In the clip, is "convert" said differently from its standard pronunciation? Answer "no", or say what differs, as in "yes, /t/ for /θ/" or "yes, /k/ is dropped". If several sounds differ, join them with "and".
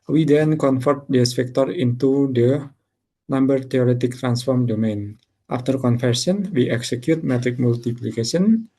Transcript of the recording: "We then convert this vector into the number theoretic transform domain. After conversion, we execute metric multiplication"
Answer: yes, /f/ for /v/